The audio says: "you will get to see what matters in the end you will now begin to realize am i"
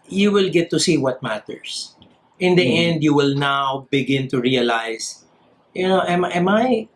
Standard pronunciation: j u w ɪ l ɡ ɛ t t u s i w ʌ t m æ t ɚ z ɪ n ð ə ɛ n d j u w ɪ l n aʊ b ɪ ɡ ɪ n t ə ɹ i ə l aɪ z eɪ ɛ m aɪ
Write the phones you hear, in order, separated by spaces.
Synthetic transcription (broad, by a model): j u w ɪ l ɡ ɛ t t u s i w ʌ t m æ t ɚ s ɪ n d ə ɛ n d j u w ɪ l n aʊ b ɪ ɡ ɪ n t ə ɹ i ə l aɪ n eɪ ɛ m aɪ